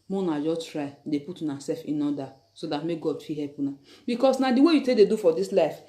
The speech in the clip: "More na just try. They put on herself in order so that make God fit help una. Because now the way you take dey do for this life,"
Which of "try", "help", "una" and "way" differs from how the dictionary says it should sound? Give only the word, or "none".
help